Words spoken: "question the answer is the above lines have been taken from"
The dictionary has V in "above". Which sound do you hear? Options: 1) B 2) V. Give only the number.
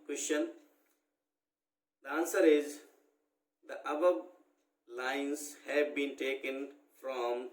1